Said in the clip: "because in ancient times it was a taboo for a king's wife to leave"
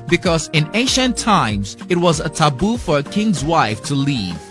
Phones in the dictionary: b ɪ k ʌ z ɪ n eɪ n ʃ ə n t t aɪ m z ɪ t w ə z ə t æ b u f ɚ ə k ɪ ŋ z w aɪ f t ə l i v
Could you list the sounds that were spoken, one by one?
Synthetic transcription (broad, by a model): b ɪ k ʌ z ɪ n eɪ ʃ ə n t t aɪ m z ɪ t w ə z ə t æ b u f ɚ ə k ɪ ŋ z w aɪ f t ə l i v